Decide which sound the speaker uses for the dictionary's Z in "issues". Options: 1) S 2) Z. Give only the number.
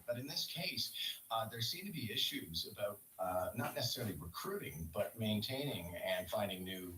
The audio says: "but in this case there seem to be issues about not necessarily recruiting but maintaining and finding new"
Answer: 2